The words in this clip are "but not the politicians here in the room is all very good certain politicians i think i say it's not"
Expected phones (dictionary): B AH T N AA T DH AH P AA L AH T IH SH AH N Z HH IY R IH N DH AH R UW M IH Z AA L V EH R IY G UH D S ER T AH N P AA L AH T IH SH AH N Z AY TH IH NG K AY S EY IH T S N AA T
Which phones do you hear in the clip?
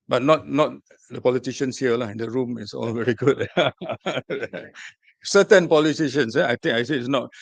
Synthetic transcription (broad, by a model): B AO T N AA T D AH P AA L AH T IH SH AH N S HH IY L IH N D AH R UW M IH S AA L V EH R IY G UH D S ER T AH N P AA L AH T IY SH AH N S AY T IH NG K AY S EY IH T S N AA T